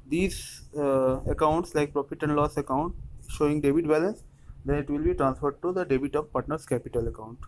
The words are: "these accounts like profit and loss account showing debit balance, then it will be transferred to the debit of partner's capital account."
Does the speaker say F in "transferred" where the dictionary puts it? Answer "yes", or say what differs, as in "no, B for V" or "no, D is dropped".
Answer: yes